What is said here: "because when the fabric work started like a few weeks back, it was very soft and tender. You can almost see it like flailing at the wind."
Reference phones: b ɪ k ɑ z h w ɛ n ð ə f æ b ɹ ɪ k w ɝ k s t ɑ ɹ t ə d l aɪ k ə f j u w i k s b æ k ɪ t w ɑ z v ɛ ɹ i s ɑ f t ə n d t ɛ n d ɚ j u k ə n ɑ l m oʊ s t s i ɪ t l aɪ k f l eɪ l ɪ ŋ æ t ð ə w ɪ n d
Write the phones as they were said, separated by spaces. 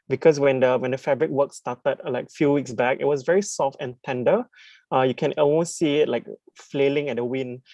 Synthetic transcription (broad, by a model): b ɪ k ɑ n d w ɛ n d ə f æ b ɹ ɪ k w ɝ k s t ɑ t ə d l aɪ k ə f j u w i k s b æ k ɪ t w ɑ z v ɛ ɹ i s ɑ f t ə n t ɛ n d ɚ j u k ə n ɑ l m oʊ s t s i ɪ t l aɪ k f l eɪ l ɪ ŋ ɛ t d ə w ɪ n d